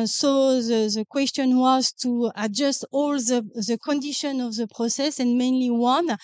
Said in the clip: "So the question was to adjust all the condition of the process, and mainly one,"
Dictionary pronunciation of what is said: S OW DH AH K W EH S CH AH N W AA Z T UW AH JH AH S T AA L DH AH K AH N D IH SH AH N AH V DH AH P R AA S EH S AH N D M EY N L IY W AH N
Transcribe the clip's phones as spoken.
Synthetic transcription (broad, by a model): S OW DH AH K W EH S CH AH N W AA Z T UW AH JH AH S T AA L DH AH K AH N D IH SH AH N AH V DH AH P R AA S EH S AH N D M EY N L IY W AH N